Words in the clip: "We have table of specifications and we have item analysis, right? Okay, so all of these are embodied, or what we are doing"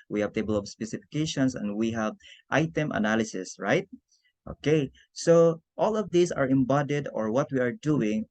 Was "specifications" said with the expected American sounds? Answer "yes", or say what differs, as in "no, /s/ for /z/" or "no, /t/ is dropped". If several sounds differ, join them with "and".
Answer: no, /s/ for /z/